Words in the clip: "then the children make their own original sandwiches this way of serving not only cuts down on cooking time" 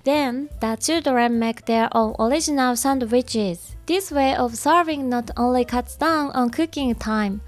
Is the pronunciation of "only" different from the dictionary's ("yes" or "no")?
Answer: no